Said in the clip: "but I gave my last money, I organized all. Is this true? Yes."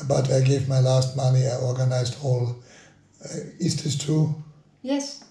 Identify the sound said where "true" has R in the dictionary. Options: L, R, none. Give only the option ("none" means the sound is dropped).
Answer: none